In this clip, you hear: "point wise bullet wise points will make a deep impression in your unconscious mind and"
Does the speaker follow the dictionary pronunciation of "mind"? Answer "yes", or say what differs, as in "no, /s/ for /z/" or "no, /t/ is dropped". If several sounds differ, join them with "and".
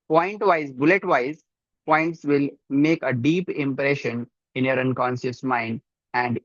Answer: yes